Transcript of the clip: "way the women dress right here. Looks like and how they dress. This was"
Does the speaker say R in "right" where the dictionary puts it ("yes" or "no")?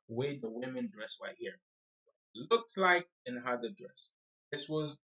no